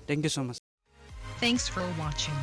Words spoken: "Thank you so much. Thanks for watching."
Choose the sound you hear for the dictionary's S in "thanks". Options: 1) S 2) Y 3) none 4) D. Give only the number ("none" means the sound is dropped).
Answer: 1